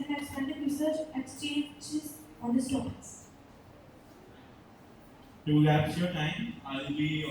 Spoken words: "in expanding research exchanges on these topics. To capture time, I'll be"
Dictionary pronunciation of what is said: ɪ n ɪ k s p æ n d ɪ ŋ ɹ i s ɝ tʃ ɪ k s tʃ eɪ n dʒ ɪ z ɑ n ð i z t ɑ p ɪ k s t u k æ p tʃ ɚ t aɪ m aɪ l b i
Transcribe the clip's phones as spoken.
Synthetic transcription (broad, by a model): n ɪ s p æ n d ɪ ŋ ɹ i s ɝ tʃ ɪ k s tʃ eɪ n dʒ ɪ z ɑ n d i s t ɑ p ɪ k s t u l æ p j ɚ t aɪ m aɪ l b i